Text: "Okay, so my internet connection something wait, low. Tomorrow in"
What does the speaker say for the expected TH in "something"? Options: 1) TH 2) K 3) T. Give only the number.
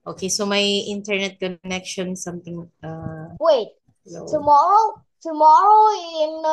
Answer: 3